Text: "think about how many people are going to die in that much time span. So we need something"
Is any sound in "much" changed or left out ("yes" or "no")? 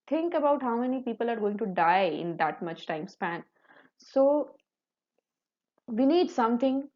no